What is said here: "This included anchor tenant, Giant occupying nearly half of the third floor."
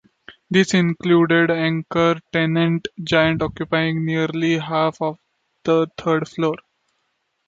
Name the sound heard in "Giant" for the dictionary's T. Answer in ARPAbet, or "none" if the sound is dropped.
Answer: T